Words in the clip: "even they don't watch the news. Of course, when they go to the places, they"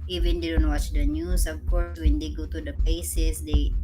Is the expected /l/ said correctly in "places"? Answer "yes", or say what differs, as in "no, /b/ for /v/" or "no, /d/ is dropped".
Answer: no, /l/ is dropped